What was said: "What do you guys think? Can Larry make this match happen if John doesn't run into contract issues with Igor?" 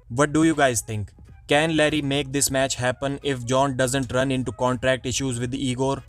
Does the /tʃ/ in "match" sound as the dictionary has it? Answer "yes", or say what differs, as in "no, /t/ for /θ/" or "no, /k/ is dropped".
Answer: yes